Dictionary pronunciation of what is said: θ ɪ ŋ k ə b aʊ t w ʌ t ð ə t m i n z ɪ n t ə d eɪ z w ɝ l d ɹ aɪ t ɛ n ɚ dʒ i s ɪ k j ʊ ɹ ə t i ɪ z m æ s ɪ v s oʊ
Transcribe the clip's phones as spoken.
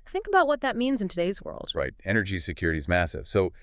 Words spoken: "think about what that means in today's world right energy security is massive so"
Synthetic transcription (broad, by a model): θ ɪ ŋ k ə b aʊ t w ʌ t ð ə t m i n z ɪ n t ə d eɪ z w ɝ l d ɹ aɪ t ɛ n ɚ dʒ i s ɪ k j ʊ ɹ ə t i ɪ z m æ s ɪ v s oʊ